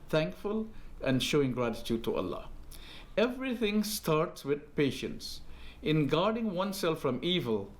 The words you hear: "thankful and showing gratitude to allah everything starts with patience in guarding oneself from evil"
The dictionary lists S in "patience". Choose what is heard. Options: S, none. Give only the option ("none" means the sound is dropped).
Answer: S